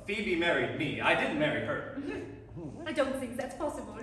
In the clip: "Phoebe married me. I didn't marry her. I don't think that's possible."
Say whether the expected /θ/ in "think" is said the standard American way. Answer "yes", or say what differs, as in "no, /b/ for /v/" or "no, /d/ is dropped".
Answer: yes